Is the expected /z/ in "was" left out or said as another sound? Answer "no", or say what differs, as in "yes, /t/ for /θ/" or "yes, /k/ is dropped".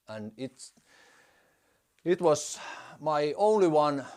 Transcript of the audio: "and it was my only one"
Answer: yes, /s/ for /z/